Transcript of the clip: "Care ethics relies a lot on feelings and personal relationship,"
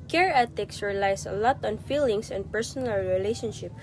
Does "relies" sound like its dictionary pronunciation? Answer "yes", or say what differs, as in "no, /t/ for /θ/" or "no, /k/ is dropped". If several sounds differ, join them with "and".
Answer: no, /s/ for /z/